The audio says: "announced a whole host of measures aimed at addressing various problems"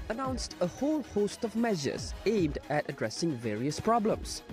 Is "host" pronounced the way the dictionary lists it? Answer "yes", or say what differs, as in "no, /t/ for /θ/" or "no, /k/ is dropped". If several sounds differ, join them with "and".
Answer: yes